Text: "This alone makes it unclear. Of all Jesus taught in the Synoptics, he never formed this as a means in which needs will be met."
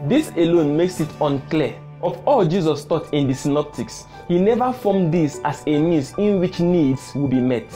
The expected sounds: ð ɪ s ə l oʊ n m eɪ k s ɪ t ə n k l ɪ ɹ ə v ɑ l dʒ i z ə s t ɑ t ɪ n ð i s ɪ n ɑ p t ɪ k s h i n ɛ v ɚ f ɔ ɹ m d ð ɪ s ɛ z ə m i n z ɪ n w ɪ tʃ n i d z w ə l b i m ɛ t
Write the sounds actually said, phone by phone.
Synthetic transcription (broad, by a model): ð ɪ s ə l oʊ n m eɪ k s ɪ t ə n k l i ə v ɑ l dʒ i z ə s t ɑ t ɪ n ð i s ɪ n ɑ p t ɪ k s h i n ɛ v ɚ f ɔ m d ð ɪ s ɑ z ə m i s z ɪ n w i tʃ n i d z w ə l b i m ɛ t